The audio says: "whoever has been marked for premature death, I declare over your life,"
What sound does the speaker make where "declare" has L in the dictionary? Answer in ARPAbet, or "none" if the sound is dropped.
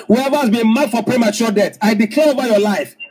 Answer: L